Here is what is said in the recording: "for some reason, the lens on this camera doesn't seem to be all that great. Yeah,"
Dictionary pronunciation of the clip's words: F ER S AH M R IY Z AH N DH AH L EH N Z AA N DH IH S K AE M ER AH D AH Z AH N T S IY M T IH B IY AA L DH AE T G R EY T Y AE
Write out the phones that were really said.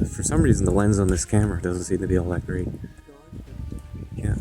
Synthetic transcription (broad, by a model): F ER S AH M R IY Z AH N DH AH L EH N Z N DH IH S K AE M ER AH D AH Z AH N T S IY M T IH B IY AA L DH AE T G R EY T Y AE